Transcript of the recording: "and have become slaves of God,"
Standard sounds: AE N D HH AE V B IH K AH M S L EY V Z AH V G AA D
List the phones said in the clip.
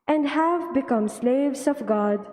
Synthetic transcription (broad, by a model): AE N D HH AE V B IH K AH M S L EY V Z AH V G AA D